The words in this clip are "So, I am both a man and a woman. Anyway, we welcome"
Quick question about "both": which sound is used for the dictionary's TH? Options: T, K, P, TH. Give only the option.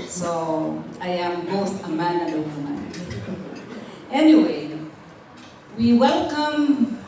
T